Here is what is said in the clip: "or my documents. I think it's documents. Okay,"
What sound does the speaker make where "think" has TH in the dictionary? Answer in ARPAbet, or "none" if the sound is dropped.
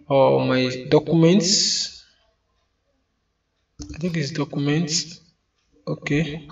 T